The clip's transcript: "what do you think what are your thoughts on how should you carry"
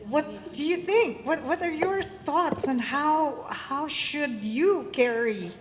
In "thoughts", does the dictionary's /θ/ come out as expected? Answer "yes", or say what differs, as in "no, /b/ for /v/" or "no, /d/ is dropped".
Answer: yes